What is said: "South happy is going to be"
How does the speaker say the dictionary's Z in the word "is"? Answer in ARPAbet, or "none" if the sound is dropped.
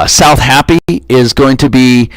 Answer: Z